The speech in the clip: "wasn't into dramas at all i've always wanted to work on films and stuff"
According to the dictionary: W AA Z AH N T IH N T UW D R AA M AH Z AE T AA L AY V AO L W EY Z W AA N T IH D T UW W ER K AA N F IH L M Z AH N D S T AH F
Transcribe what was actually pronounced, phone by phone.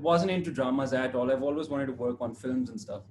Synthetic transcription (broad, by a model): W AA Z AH N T IH N T UW D R AA M AH Z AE T AA L AY V AO L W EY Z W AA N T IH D T UW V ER K AA N F IH L M Z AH N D S T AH F